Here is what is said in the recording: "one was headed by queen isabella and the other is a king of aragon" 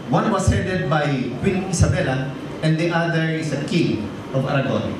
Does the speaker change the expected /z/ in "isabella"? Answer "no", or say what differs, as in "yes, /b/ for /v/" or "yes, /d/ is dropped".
yes, /s/ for /z/